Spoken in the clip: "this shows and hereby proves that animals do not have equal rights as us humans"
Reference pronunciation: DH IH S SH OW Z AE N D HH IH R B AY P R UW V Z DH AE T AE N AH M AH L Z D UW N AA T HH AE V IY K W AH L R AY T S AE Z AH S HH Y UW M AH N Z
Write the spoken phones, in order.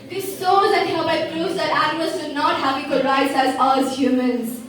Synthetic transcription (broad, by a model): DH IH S S OW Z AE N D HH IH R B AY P R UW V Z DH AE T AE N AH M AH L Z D N AA T HH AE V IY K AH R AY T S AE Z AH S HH Y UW M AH N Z